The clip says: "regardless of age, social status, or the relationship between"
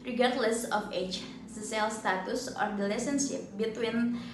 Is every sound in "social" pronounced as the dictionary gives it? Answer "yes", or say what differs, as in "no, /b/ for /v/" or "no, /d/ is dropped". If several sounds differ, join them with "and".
no, /s/ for /ʃ/